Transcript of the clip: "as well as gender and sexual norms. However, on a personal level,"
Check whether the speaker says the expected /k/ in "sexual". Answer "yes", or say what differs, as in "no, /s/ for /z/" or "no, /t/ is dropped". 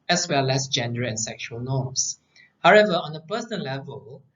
yes